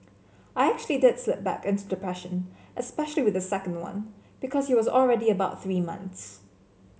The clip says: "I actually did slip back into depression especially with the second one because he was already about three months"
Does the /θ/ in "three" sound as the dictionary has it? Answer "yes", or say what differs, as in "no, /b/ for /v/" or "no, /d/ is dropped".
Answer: yes